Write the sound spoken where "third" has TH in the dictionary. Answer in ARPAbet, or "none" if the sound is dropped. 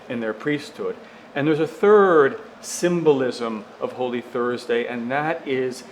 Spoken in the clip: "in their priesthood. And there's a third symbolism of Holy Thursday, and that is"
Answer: TH